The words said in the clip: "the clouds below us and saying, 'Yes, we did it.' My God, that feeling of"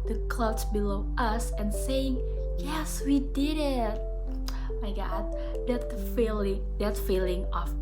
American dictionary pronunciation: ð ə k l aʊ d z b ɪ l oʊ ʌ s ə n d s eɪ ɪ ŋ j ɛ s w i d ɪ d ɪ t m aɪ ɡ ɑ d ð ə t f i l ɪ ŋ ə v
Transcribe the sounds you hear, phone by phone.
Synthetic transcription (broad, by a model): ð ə k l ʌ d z b ɪ l oʊ ʌ s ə n s eɪ ɪ ŋ j ɛ s w i d ɪ d ɪ t m aɪ ɡ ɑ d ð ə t f i l ɪ ŋ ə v